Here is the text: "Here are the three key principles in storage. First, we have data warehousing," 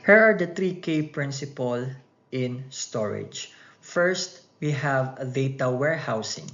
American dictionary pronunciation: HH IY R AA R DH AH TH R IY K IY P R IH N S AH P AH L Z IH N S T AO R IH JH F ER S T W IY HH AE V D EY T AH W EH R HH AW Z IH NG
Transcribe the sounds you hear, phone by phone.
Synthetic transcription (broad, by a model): HH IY R AA R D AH T R IY K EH P R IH N S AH P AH L IH N S T AO R IH JH F ER S T W IY HH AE V D EY T AH W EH R HH AW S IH NG